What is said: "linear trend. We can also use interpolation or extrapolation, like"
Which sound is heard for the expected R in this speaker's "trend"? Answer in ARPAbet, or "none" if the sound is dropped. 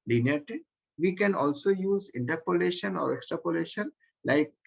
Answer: none